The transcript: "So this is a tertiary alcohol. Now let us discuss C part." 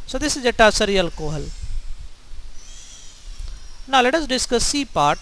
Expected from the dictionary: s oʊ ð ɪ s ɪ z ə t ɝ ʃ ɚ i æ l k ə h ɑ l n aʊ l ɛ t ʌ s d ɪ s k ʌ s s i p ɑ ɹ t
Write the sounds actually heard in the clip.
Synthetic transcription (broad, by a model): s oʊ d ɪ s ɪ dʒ ə t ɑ s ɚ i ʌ l k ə h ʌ l n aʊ l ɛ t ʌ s d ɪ s k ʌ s s i p ɑ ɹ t